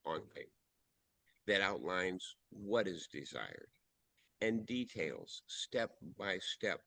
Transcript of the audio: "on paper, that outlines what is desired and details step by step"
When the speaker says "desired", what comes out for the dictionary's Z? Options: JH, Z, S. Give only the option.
Z